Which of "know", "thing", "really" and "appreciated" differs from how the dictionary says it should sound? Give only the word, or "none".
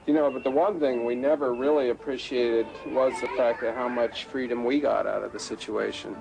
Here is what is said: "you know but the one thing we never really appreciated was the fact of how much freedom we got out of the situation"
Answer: none